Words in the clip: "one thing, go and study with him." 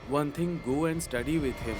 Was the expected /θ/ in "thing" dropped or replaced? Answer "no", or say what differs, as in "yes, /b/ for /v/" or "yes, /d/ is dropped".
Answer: yes, /t/ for /θ/